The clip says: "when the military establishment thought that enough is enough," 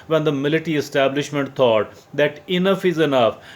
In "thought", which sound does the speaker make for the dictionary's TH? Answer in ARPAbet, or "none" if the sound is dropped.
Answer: T